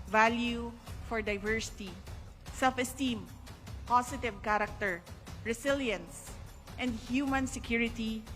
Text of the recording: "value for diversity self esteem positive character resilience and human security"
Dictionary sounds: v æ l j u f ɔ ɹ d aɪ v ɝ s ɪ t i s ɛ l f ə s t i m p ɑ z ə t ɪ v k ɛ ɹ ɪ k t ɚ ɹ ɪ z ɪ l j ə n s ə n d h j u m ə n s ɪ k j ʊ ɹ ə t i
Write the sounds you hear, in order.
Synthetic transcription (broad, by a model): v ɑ l j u f ɔ ɹ d aɪ v ɝ s ɪ t i s ɛ l f ə s t i m p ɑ s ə t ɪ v k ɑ ɹ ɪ k t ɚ ɹ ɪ s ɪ l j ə n s ə n d h j u m ə n s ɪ k j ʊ ɹ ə t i